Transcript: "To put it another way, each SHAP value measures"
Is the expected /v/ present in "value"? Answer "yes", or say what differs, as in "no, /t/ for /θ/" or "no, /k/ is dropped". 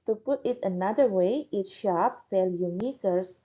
no, /f/ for /v/